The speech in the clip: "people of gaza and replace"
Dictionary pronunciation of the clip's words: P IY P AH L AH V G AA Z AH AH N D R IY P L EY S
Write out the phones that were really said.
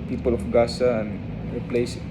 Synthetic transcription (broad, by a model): P IY P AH L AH F G AA S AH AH N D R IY P L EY S